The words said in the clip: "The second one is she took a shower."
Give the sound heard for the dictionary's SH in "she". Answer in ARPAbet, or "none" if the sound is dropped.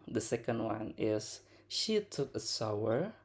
SH